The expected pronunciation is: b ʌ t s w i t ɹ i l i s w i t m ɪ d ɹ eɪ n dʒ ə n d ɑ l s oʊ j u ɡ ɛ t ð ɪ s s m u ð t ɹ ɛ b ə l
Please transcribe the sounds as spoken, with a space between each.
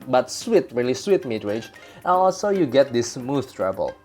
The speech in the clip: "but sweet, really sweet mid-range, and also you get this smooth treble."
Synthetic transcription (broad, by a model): b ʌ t s w i t ɹ i l i s w i t m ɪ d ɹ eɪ dʒ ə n ɑ l s oʊ j u ɡ ɛ t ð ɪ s s m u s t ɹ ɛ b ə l